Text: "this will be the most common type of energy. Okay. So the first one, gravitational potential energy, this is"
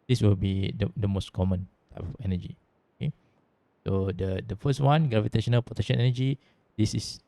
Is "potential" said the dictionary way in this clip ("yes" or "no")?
no